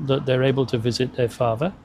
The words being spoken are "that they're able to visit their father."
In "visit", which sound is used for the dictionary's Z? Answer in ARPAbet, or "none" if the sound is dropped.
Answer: Z